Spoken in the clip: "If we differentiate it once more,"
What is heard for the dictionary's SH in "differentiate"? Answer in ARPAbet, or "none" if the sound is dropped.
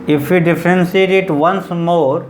S